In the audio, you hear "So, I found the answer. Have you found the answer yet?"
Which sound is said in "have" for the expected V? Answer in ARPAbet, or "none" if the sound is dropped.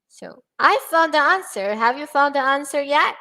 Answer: V